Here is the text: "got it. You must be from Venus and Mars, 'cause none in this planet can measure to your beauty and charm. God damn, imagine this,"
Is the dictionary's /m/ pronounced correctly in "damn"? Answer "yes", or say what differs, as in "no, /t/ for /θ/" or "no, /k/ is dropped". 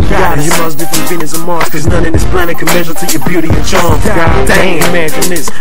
no, /m/ is dropped